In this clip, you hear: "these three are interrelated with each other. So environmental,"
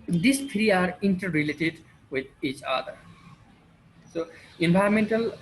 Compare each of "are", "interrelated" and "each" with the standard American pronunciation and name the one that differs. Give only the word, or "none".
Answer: none